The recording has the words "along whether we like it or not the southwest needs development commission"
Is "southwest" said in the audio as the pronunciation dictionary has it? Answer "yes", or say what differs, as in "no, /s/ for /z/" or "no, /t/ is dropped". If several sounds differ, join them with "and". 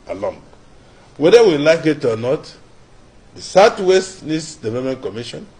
no, /t/ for /θ/